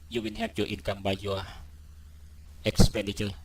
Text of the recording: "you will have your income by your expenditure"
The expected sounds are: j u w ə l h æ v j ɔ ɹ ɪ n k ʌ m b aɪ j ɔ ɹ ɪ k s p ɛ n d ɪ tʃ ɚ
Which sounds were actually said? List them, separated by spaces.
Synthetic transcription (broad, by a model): j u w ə n h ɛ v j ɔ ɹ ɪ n k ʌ m b aɪ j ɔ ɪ k s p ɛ n d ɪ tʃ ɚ